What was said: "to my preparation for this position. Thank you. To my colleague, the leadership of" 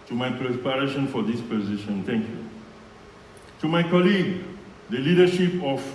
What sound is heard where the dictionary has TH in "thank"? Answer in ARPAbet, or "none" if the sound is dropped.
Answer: T